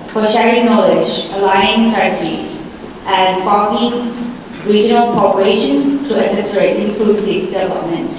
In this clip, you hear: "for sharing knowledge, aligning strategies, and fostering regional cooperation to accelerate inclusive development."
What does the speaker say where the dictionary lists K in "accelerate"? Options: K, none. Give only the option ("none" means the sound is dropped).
none